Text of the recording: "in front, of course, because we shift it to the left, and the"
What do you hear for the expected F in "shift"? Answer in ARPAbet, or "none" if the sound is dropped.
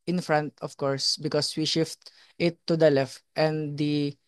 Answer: F